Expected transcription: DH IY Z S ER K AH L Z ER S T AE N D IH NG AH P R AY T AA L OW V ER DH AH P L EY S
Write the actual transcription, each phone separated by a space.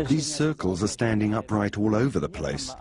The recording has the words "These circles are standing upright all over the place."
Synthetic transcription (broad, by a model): DH IY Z S ER K AH L Z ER S T AE N D IH NG AH P R AY T AA L OW V ER DH AH P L EY S